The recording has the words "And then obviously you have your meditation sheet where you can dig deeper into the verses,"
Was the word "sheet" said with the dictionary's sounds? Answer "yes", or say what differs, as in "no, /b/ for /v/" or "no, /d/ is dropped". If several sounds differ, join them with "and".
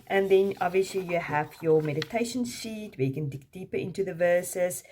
no, /s/ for /ʃ/